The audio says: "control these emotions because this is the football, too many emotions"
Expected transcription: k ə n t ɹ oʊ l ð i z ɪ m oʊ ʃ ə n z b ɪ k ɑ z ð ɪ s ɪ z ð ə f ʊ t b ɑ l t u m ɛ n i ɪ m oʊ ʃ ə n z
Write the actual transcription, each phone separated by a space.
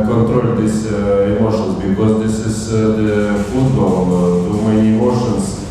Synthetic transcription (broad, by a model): k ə n t ɹ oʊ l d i s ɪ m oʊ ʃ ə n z b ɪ k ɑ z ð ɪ s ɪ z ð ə f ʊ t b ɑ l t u m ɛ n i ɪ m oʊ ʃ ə n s